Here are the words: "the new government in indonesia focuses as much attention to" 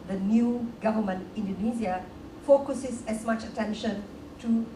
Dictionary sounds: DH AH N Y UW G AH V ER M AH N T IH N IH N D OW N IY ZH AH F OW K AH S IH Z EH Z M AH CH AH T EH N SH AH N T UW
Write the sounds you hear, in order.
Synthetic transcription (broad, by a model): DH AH N Y UW G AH V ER M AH N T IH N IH N D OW N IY Z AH F OW K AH S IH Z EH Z M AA CH AH T EH N SH AH N T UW